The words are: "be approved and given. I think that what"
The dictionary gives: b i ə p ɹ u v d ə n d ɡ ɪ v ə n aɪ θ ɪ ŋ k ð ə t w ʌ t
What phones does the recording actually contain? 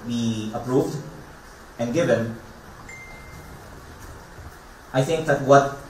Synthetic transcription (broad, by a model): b i ə p ɹ u v d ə n ɡ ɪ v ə n aɪ θ ɪ ŋ k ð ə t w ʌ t